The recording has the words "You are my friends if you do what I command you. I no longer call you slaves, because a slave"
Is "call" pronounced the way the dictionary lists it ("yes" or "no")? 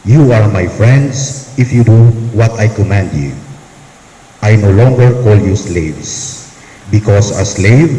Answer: yes